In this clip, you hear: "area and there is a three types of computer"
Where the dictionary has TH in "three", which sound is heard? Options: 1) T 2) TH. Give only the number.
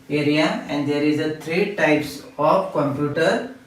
1